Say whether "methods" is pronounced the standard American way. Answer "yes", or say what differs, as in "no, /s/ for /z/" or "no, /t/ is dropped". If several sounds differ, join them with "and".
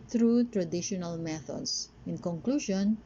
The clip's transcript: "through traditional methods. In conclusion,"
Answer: no, /s/ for /z/